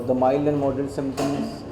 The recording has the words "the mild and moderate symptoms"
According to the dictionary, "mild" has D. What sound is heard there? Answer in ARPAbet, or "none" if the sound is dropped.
none